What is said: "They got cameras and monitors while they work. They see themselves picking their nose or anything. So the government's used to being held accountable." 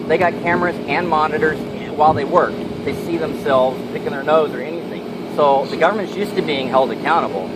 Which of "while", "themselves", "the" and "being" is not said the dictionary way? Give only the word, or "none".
none